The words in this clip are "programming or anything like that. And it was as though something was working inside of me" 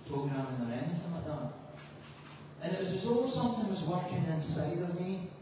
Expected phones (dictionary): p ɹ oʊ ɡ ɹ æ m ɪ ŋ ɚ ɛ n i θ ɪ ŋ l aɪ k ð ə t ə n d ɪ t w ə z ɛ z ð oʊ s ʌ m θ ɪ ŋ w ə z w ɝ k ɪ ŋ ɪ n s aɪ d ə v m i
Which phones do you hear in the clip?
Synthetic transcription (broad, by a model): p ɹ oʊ ɡ ɹ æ m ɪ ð ɚ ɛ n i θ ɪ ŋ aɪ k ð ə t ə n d ɪ t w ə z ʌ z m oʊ s ʌ m θ ɪ ŋ w ə z w ɝ k ɪ ŋ ɪ n s aɪ d ə v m i